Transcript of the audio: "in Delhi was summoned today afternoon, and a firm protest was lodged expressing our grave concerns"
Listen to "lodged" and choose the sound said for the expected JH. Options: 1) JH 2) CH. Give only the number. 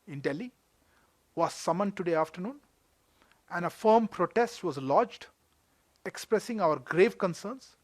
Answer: 1